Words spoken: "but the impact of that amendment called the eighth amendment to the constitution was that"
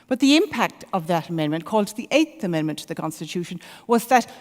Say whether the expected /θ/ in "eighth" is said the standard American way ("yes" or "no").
yes